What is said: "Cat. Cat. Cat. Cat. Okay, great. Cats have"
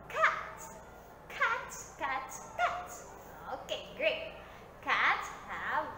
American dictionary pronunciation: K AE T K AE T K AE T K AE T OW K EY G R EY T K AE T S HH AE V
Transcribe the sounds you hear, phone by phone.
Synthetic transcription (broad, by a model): K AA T K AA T K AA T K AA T OW K EY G R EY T K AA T HH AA